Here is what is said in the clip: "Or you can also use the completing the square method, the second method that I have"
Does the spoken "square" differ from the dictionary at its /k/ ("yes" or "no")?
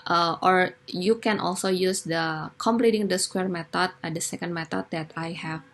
no